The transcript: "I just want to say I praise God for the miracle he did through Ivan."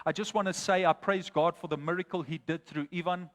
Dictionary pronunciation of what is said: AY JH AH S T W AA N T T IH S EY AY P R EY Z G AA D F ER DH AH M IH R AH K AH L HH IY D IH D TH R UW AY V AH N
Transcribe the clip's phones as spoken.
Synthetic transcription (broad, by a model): AY JH AH S T W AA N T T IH S EY AY P R EY Z G AA D F ER DH AH M IH R AH K AH L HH IY D IH D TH R UW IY V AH N